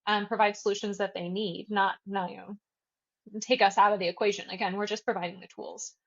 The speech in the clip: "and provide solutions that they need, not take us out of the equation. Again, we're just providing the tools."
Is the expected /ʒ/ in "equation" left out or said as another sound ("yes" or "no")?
no